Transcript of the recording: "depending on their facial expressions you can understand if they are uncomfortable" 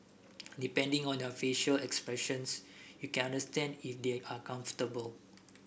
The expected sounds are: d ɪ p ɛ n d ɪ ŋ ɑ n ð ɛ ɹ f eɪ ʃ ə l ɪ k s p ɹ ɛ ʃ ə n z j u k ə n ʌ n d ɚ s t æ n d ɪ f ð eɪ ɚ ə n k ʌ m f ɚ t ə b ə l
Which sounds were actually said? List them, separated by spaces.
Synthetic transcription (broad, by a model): d ɪ p ɛ n d ɪ ŋ ɑ n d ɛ f eɪ ʃ ə l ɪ k s p ɹ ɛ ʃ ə n s j u k ə n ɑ n d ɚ s t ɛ n d ɪ f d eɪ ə k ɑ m f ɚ t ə b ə l